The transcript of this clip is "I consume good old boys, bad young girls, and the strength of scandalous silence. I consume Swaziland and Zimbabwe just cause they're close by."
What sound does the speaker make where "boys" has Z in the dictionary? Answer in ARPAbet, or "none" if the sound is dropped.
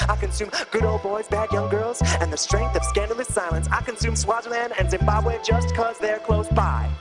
Z